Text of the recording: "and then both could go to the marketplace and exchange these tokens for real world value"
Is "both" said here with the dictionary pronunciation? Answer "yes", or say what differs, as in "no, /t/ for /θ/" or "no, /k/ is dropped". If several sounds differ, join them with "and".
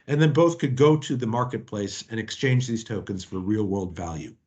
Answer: yes